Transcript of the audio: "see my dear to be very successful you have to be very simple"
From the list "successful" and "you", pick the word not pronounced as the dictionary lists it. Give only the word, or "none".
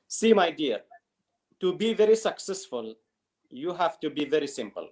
none